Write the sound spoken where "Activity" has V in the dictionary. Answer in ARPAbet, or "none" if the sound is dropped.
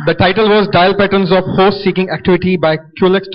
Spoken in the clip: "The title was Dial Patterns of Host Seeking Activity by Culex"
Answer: V